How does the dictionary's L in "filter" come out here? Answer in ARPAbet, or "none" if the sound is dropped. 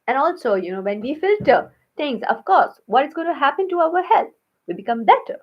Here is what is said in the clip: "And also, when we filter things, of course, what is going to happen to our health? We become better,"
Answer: L